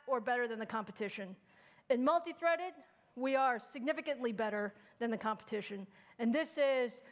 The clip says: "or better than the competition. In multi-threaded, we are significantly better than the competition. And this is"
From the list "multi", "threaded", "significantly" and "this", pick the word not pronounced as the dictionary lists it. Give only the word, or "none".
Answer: none